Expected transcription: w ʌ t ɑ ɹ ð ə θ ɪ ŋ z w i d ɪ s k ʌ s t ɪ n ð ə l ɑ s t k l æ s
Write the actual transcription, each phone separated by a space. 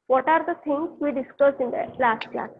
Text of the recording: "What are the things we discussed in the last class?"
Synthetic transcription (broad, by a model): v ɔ t ɑ ɹ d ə t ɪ ŋ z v i d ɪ s k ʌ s ɪ n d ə l ɑ s t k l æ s